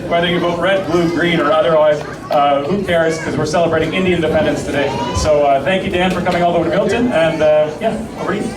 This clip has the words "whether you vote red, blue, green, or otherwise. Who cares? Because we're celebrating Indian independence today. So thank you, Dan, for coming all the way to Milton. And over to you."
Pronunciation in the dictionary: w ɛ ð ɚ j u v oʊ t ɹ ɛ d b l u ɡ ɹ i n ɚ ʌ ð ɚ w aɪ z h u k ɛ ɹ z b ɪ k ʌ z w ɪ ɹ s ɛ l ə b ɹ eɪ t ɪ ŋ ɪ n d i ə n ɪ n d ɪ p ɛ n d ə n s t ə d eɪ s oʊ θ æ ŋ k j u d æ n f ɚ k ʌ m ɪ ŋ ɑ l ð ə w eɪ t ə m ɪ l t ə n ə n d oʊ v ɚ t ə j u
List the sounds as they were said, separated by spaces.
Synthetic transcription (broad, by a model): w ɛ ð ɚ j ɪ b oʊ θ ɹ ɛ d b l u ɡ ɹ i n ɚ ʌ ð ɚ w aɪ z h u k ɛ ɹ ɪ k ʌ z w ɪ ɹ s ɛ l ə b ɹ eɪ t ɪ ŋ ɪ n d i ɪ n d ɪ p ɛ n d ə n s t ə d eɪ s oʊ θ æ ŋ k j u d æ n f ɚ k ʌ m ɪ ŋ ɑ l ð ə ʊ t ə m ɪ l t ə n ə n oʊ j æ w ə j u